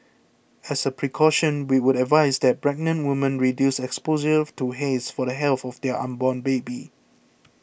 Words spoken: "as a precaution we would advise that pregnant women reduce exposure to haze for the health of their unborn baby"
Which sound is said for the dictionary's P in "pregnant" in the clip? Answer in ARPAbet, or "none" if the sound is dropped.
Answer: B